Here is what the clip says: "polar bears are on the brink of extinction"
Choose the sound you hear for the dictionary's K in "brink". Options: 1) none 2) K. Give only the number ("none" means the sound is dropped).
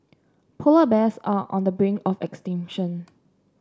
1